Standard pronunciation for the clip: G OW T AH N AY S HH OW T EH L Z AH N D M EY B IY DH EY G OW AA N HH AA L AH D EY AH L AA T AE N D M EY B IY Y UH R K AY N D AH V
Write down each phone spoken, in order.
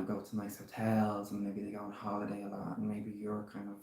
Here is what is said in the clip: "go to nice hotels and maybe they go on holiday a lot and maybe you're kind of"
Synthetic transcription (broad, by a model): G OW T AH N AY S HH OW T EH L Z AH N M EY B IY DH EY G OW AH N HH AA L AH D EY AH L AA T N M EY B IY Y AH R K AY N D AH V